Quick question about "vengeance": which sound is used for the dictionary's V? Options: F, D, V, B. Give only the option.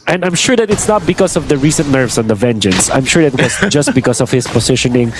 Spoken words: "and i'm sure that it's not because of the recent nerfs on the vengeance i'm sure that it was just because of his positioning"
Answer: V